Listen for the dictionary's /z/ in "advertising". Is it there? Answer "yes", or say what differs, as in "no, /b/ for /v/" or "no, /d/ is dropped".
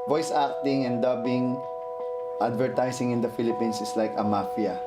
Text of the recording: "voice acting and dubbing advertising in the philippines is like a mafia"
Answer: no, /s/ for /z/